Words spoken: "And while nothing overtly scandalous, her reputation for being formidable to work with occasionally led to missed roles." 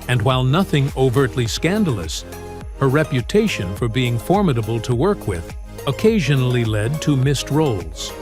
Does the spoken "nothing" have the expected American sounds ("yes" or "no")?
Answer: yes